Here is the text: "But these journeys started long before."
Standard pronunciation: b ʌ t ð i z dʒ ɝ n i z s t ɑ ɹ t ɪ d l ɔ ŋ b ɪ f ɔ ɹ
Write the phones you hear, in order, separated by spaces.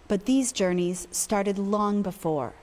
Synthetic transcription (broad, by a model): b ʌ t ð i z dʒ ɝ n i z s t ɑ ɹ t ɪ d l ɔ ŋ b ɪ f ɔ ɹ